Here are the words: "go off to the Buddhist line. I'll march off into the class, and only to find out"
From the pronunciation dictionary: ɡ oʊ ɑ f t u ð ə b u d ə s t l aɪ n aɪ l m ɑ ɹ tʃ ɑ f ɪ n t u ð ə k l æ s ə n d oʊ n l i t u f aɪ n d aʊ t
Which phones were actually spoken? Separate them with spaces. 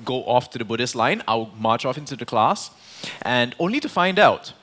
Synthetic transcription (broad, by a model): ɡ oʊ ɑ f t u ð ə b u d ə s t l aɪ n aɪ w m ɑ tʃ ɑ f ɪ n t u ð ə k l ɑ s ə n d oʊ n l i t u f aɪ n d aʊ t